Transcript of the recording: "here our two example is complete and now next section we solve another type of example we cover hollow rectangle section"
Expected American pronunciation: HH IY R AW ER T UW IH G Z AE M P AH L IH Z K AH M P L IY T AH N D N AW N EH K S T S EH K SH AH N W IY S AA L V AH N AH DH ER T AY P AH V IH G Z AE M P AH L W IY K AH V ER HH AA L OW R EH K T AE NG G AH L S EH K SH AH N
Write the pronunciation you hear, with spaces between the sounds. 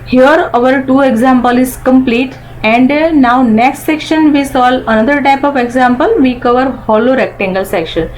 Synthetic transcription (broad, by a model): HH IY R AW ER T UW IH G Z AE M P AH L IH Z K AH M P L IY T AH N D N AW N EH K S T S EH K SH AH N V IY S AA L AH N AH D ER T AY P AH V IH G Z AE M P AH L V IY K AH V ER HH AA L OW R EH K T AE NG G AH L S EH K SH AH N